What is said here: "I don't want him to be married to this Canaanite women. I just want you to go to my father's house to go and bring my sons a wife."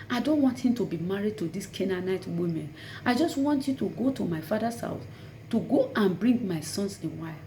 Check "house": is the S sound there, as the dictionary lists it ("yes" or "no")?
no